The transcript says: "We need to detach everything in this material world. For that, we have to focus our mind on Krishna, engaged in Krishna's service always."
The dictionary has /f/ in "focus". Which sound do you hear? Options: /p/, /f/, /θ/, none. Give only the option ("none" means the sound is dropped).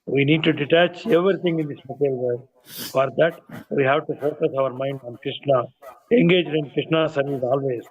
/p/